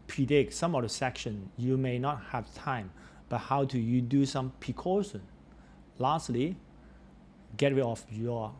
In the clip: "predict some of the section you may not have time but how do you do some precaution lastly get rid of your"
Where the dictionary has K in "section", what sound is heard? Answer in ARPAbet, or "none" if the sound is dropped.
K